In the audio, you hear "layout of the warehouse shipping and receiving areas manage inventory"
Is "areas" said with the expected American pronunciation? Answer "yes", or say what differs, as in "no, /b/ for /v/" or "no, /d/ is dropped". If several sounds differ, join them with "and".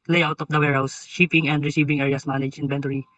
no, /s/ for /z/